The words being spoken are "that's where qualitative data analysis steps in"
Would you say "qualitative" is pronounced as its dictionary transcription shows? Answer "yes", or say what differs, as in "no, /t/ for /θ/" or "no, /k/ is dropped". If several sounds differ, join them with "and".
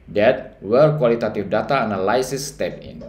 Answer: no, /f/ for /v/